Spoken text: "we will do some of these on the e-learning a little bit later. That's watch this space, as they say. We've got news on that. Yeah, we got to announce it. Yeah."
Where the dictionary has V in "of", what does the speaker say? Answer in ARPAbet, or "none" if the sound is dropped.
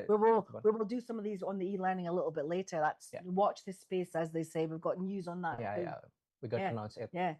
V